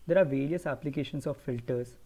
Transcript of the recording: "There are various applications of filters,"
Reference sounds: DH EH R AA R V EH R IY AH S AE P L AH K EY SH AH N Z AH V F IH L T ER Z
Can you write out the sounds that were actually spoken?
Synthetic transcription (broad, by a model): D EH R AA R V EH R IY AH S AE P L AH K EY SH AH N S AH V F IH L T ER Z